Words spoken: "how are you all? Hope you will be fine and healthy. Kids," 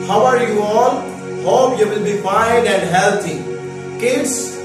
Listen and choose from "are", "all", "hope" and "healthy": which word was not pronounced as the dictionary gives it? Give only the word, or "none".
healthy